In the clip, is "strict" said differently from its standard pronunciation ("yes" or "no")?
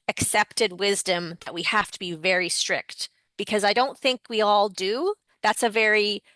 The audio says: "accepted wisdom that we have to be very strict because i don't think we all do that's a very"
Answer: no